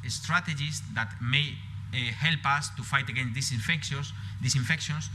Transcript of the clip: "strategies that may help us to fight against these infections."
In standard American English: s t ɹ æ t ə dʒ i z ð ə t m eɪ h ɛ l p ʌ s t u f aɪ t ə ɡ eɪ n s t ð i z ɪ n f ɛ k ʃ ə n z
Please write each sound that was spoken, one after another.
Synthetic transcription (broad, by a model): s t ɹ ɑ t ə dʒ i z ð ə t m eɪ h ɛ l p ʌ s t u f aɪ t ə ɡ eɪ n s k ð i s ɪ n f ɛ k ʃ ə n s